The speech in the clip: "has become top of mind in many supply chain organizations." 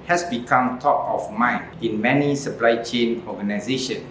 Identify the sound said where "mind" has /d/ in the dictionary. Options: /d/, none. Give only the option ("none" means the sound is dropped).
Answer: none